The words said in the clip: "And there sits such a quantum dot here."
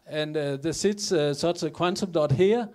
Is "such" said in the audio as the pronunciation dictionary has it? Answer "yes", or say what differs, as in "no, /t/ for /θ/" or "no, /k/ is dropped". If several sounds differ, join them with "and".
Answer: no, /s/ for /tʃ/